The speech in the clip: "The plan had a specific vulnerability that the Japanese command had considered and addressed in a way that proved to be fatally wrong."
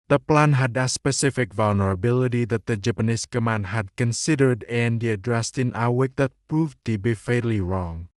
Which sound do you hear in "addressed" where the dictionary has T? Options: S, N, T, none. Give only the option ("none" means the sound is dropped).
T